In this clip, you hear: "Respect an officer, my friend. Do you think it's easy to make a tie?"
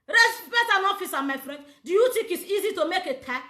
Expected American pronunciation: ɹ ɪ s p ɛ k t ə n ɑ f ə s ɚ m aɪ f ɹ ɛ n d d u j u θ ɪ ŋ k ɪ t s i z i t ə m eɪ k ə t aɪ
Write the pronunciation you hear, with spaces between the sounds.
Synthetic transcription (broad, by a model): ɹ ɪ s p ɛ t ə n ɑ f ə s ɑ m aɪ f ɹ ɛ n d d u j u t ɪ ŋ k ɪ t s i z i t ə m eɪ k ə t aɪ